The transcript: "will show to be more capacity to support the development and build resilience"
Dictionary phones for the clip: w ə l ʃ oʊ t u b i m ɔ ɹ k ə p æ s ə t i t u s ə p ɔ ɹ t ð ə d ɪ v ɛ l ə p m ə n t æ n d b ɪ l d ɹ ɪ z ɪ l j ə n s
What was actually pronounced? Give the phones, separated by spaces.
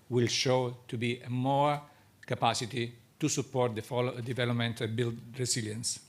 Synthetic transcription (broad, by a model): w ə l ʃ oʊ t u b i m ɔ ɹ k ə p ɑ s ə t i t u s ə p ɔ ɹ t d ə d ɪ v ɛ l ə p m ə n t b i l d ɹ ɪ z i l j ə n s